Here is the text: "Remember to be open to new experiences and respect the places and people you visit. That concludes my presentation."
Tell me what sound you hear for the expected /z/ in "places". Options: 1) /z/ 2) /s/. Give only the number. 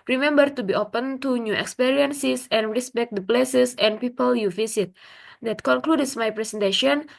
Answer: 2